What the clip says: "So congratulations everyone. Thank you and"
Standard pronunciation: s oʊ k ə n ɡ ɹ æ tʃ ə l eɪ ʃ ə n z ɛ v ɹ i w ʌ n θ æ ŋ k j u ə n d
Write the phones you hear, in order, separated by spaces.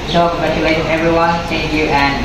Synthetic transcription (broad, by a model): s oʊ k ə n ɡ ɹ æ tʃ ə l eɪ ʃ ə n ɛ v ɹ i w ʌ n s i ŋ j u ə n